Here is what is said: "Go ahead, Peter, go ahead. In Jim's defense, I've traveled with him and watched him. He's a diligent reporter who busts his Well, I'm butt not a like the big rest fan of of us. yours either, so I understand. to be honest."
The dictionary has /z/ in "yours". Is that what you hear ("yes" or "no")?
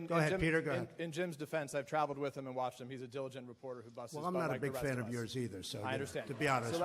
yes